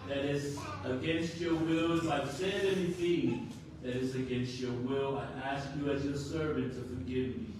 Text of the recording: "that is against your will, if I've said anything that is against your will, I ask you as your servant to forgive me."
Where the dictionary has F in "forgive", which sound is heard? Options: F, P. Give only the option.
F